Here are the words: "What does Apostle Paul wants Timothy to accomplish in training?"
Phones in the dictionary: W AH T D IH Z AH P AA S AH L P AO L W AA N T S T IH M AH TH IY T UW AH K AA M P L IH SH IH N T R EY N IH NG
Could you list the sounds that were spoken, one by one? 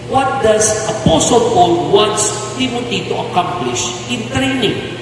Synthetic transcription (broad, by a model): W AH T D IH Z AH P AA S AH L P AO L W AA N T S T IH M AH T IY T UW AH K AA M P L IH SH IH N T R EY N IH NG